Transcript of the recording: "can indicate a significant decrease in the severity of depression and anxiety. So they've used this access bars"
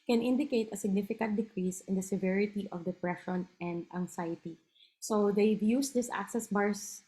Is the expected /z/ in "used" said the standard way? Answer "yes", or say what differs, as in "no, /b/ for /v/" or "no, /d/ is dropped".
no, /s/ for /z/